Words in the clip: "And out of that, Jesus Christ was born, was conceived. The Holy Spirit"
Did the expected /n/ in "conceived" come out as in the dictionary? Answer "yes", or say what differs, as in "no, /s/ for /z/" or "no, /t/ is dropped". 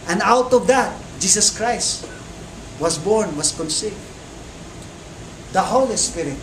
yes